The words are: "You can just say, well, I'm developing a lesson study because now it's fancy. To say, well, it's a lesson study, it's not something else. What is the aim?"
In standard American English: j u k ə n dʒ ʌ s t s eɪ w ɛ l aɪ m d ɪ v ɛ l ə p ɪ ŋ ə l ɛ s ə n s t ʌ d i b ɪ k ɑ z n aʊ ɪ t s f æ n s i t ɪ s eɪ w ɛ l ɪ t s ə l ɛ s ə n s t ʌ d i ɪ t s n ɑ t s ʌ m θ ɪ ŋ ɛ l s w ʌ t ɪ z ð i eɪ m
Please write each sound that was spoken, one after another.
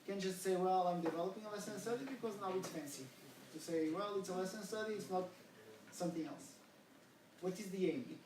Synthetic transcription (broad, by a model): k ə n dʒ ʌ s t s eɪ w ɛ l aɪ m d ɪ v ɛ l ə p ɪ ŋ ə l ɛ s ə n s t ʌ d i b ɪ k ɑ z n aʊ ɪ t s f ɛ n s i t ɪ s eɪ w ɛ l ɪ t s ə l ɛ s ə n s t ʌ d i ɪ t s n ɑ t s ʌ m θ ɪ ŋ ɛ l s w ʌ t ɪ z ð i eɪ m